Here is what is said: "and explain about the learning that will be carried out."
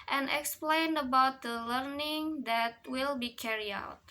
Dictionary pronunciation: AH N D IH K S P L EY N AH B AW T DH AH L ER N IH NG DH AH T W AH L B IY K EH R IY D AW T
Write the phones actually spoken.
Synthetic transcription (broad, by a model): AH N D IH K S P L EY N AH B AW T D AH L ER N IH NG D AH T W AH L B IY K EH R IY AW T